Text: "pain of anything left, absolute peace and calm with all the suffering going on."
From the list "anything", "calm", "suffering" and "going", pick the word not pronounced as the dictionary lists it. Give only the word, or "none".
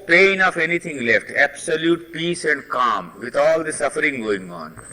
anything